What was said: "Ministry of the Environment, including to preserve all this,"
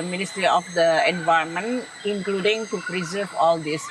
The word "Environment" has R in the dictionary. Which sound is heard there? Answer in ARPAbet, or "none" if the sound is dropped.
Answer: none